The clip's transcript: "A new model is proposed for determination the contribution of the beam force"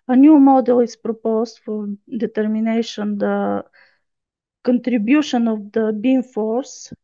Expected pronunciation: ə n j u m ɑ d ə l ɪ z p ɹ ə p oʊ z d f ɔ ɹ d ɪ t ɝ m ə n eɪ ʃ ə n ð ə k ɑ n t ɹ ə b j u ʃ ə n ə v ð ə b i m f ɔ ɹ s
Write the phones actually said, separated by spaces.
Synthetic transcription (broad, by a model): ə n j u m ɑ d ə l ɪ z p ɹ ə p oʊ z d f ɔ ɹ d ɪ t ɝ m ə n eɪ ʃ ə n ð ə k ɑ n t ɹ ə b j u ʃ ə n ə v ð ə b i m f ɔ ɹ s